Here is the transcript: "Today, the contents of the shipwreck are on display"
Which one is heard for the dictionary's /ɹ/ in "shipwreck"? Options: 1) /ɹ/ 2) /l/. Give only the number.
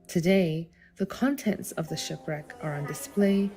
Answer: 1